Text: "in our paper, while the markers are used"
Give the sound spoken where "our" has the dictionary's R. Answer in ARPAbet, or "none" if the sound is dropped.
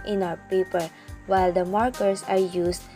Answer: W